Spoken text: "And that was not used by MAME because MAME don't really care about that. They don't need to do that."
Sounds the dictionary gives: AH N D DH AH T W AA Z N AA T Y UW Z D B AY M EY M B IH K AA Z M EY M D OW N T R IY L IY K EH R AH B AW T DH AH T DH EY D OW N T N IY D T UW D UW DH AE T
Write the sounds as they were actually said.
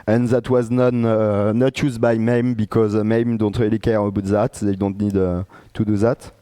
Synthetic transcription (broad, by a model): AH N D DH AH T W AA Z N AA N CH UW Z B AY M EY M B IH K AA Z M EY M D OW N T R IY L IY K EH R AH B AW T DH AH T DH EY D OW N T N IY D T UW D UW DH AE T